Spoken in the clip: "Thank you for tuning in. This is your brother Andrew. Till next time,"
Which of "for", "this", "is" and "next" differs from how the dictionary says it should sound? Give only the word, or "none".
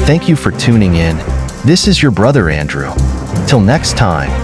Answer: none